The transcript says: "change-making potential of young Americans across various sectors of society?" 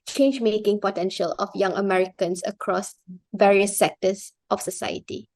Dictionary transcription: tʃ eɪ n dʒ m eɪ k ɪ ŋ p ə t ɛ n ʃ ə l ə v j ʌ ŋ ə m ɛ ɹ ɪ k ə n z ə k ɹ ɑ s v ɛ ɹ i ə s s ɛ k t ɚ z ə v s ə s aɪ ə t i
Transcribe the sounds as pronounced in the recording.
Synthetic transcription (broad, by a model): tʃ eɪ n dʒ m eɪ k ɪ ŋ p ə t ɛ n ʃ ə l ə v j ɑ ŋ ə m ɛ ɹ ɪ k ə n s ə k ɹ ɑ s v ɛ ɹ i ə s s ɛ k t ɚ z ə f s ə s aɪ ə t i